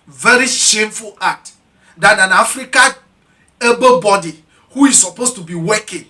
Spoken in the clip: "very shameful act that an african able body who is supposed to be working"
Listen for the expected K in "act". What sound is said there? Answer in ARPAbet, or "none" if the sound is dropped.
none